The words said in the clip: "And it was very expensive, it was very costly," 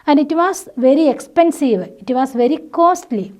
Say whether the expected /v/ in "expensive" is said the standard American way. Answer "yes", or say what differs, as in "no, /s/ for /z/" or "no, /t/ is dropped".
yes